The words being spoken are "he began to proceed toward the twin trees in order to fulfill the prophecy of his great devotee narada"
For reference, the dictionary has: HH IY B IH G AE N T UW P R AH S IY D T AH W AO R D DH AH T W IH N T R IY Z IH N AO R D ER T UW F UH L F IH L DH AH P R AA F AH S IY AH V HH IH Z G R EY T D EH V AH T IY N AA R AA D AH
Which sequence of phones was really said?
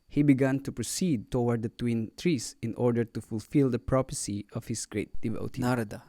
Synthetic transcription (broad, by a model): HH IY B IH G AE N T UW P R AH S IY D T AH W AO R D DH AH T W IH N T R IY S IH N AO R D ER T UW F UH L F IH L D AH P R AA P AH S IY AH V HH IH S G R EY T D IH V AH T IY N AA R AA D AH